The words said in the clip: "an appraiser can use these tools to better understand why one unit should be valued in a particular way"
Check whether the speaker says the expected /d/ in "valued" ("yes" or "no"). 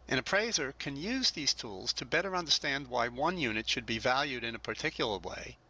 yes